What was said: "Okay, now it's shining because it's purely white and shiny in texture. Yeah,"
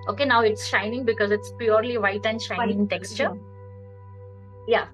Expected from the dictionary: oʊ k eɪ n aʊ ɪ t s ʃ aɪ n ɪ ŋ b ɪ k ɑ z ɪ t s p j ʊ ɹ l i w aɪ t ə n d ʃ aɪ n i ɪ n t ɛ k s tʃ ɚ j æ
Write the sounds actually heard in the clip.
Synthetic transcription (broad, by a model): oʊ k eɪ n aʊ ɪ t s ʃ aɪ n ɪ ŋ b ɪ k ɑ z ɪ t s p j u ɹ l i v aɪ t ə n d ʃ aɪ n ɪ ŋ t ɛ k s tʃ ɚ j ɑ